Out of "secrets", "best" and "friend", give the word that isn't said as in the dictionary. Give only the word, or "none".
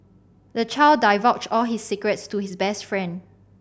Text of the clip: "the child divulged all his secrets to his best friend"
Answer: none